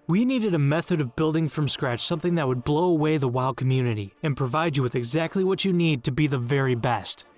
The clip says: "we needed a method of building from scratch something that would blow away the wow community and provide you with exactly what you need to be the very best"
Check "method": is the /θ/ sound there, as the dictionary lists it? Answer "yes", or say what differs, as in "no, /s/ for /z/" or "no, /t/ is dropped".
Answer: yes